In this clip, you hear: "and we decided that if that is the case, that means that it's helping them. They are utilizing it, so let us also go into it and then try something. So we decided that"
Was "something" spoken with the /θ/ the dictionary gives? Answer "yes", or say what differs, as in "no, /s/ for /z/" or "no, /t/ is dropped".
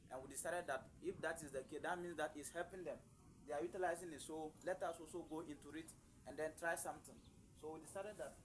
no, /t/ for /θ/